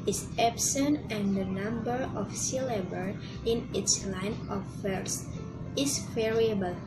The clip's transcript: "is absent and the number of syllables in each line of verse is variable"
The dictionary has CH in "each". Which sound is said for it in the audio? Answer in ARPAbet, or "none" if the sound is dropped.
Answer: S